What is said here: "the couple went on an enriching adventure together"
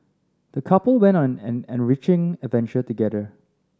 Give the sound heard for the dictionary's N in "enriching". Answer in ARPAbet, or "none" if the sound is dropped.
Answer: N